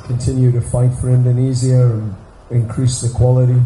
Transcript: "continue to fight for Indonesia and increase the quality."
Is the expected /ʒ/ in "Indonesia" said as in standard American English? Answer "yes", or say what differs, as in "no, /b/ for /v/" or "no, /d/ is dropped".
no, /z/ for /ʒ/